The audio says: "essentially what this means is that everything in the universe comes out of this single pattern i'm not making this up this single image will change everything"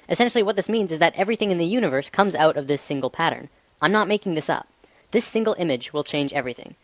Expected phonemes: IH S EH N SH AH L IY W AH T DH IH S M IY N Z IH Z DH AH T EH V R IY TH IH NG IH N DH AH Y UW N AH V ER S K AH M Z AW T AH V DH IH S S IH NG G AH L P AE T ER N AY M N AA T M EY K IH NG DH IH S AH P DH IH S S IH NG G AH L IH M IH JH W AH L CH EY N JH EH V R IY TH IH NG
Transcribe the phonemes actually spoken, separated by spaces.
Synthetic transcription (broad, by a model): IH S EH N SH L IY W AH T DH IH S M IY N Z IH Z DH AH T EH V R IY TH IH NG IH N DH AH Y UW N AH V ER S K AH M Z AW T AH V DH IH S S IH NG G L P AE T ER N AY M N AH T M EY K IH NG DH IH S AH P DH IH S S IH NG G L IH M IH JH W AH L CH EY N JH EH V R IY TH IH NG